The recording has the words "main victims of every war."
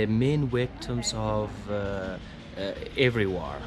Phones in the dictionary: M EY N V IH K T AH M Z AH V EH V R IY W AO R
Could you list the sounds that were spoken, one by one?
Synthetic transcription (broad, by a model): M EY N W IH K T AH M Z AH V EH V R IY W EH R